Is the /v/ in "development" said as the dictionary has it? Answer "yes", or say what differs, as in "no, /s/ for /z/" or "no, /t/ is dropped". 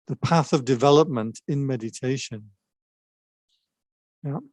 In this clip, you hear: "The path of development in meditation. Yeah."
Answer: yes